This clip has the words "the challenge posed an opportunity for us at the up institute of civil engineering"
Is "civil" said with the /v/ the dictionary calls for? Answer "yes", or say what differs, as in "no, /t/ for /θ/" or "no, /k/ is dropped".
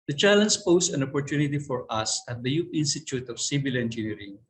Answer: no, /b/ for /v/